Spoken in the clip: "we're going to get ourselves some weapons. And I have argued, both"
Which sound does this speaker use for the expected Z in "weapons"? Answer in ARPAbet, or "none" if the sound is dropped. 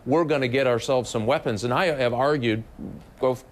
Z